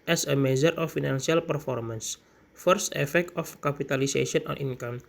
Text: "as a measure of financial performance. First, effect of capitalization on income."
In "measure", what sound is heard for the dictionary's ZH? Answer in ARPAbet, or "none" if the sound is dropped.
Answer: Z